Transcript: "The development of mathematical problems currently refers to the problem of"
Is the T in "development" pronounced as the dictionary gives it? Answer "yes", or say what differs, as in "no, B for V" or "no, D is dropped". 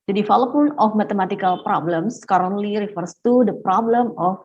no, T is dropped